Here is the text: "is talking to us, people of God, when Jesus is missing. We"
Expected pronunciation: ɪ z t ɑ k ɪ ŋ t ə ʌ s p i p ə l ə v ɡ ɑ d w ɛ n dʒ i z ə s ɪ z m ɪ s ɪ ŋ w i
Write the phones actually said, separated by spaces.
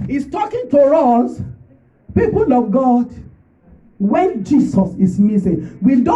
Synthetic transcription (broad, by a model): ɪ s t ɑ k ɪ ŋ t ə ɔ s p i p ə l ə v ɡ ɑ d w ɛ n dʒ i s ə s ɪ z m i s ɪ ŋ w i